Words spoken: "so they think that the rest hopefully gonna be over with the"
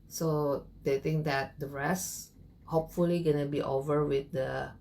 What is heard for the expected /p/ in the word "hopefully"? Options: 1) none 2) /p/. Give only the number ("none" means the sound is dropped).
2